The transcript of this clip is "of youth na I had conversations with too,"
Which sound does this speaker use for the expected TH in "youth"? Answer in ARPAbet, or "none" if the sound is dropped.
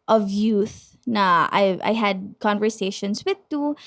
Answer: TH